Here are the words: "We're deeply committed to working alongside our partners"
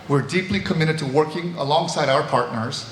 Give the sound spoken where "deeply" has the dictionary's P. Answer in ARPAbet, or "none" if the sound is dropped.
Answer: P